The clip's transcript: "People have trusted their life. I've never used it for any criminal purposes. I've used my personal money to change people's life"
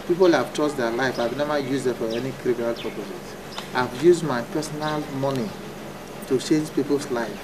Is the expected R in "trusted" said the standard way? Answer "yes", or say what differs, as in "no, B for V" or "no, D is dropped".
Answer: no, R is dropped